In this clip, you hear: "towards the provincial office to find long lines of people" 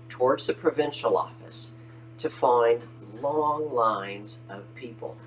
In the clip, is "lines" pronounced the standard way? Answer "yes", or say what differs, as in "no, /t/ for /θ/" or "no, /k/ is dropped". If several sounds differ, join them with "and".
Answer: yes